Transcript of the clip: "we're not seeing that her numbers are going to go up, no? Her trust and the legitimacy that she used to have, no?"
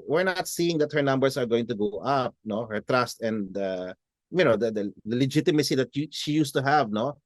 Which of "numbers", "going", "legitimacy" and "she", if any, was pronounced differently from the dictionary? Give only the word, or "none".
numbers